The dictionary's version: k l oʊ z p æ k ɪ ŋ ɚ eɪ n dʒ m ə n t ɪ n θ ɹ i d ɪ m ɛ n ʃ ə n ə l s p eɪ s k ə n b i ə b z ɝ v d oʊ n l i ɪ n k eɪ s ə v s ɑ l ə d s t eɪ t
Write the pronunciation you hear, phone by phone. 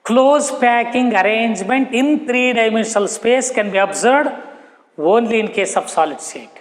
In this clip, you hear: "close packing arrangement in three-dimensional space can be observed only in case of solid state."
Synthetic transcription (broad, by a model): k l oʊ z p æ k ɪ ŋ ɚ eɪ n dʒ m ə n t ɪ n t ɹ i d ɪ m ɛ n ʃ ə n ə l s p eɪ s k ə n b i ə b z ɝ d oʊ n l i ɪ n k eɪ s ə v s ɑ l ə d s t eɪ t